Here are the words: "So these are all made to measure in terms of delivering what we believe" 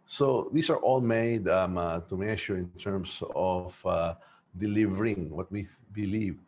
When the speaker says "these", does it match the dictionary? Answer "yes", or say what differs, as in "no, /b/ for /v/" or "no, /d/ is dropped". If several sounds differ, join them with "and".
no, /s/ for /z/